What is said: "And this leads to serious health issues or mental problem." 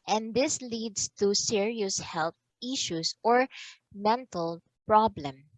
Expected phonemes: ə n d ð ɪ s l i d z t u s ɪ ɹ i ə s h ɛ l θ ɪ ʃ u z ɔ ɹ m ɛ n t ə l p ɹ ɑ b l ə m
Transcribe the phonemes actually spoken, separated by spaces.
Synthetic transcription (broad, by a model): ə n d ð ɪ s l i d s t u s ɪ ɹ i ə s h ɛ l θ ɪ ʃ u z ɔ ɹ m ɛ n t ə l p ɹ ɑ b l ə m